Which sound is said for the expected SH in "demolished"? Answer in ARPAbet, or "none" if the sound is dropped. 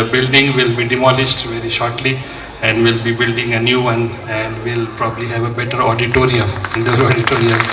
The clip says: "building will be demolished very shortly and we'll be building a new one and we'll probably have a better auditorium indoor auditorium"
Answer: S